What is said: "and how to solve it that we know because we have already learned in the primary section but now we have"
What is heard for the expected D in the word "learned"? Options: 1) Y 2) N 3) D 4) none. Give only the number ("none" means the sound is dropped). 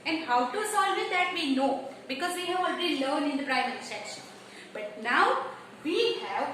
4